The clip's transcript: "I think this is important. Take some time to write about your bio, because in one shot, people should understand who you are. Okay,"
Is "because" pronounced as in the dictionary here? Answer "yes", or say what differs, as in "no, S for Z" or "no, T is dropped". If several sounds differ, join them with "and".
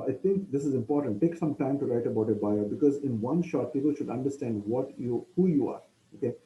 yes